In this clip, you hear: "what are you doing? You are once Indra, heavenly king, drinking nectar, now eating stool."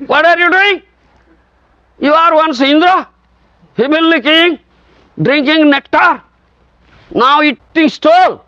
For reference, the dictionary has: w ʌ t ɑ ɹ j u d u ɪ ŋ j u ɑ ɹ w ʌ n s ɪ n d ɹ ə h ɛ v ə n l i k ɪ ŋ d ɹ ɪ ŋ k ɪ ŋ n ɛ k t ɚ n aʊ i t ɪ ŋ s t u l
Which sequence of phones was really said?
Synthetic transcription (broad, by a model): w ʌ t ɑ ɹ j u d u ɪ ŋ j u ɑ ɹ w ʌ n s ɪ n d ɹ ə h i b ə l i k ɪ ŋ d ɹ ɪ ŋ k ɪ ŋ n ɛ k t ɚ n aʊ i t ɪ ŋ s t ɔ l